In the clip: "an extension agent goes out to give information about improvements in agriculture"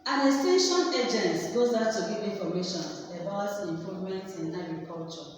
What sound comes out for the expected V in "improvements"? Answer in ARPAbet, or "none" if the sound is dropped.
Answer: none